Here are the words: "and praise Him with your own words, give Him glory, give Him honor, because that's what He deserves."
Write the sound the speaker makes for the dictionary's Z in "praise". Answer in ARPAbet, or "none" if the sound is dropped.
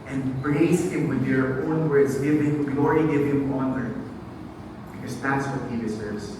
S